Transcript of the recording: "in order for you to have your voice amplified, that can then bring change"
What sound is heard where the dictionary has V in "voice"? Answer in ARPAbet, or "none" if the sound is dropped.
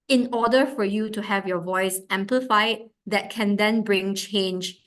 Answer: V